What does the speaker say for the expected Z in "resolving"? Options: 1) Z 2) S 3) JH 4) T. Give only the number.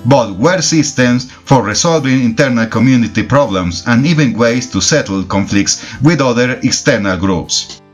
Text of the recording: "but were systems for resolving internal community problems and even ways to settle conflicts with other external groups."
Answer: 2